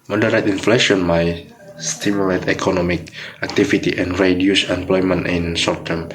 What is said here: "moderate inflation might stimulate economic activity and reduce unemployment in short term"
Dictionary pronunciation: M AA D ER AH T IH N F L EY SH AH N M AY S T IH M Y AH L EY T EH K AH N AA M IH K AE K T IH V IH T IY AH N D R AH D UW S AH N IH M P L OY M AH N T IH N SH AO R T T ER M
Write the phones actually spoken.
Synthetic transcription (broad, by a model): M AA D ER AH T IH N F L EY SH AH N M AY S T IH M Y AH L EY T EH K AH N AA M IH K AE K T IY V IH T IY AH N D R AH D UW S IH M P L OY M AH N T IH N S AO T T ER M